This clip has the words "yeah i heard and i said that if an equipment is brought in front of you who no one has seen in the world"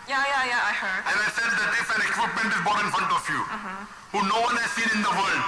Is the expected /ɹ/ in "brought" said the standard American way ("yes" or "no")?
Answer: no